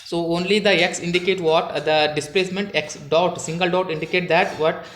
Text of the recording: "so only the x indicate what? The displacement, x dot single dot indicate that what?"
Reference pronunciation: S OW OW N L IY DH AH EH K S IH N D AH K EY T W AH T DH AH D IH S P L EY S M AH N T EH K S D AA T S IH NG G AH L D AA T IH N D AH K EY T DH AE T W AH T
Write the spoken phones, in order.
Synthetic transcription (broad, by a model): S OW OW N L IY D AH EH K S IH N D AH K EY T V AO T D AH D IH S P L EY S M AH N T EH K S D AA T S IH NG G AH L D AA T IH N D AH K EY T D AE T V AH T